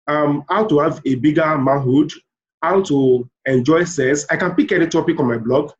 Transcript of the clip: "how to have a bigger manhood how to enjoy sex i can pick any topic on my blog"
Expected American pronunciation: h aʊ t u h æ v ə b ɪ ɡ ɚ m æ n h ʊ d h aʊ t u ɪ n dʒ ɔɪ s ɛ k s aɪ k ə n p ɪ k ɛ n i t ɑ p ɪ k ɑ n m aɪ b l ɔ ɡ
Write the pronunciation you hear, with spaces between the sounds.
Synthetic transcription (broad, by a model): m aʊ t u h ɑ v ə b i ɡ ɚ m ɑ n h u d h aʊ t u ɪ n dʒ ɔɪ s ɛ s aɪ k ə n p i k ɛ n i t ɑ p ɪ k ɑ n m aɪ b l ɔ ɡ